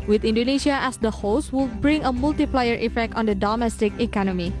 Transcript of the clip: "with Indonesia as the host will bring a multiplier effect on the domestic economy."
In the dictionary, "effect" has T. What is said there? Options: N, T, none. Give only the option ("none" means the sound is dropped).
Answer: T